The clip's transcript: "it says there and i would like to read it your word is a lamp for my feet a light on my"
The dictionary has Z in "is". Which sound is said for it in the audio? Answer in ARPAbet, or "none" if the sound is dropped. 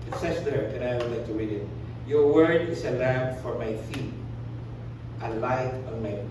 S